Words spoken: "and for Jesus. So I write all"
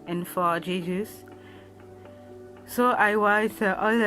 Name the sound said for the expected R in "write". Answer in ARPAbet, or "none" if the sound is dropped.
W